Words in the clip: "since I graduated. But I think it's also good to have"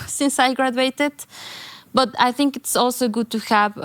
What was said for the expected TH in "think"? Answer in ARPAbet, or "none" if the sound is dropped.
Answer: TH